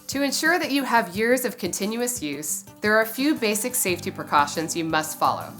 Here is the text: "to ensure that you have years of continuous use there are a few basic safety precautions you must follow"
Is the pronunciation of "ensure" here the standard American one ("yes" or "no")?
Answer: yes